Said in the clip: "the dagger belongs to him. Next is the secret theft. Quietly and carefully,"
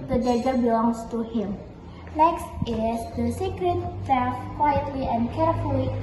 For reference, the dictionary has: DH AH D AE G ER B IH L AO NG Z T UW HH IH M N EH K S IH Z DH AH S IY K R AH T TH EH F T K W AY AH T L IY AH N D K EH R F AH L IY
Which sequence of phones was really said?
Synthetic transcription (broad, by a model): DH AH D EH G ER B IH L AO NG S T UW HH IH M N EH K S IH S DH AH S IY K R AH T F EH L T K W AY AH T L IY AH N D K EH R F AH L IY